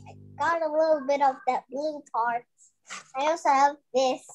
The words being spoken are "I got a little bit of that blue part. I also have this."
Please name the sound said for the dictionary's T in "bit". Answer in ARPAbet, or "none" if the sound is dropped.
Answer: T